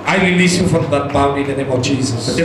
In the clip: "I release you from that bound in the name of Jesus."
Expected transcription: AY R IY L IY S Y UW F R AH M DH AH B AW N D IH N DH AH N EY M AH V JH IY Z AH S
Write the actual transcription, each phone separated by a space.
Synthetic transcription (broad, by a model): AY R IY L IY S Y UW F R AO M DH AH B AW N IH N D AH N EY M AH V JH IY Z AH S